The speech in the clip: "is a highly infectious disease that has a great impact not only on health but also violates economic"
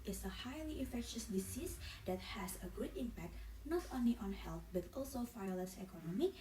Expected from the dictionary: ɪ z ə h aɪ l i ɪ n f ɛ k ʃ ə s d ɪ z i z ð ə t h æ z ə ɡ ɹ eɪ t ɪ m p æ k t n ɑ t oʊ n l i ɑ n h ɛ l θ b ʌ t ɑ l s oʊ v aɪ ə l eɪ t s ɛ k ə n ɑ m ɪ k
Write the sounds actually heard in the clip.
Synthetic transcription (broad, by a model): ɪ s ə h aɪ l i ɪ f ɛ k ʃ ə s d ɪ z i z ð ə t h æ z ə ɡ u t ɪ m p æ k t n ɑ t oʊ n l i ɑ n h ɛ l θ b ʌ t ɑ l s oʊ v aɪ l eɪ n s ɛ k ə n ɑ m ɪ